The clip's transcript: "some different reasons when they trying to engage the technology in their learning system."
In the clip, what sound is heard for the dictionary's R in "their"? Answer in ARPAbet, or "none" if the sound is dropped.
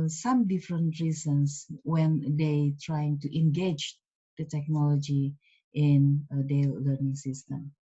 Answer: L